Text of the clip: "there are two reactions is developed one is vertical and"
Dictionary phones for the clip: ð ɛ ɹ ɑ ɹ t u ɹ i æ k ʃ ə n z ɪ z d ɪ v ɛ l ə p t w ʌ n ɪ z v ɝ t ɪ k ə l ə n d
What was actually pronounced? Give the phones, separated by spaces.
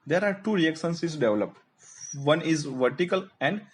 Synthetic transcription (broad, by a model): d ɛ ɹ ɑ ɹ t u ɹ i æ k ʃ ə n s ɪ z d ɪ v l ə p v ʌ n ɪ z v ɝ t ɪ k ə l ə n d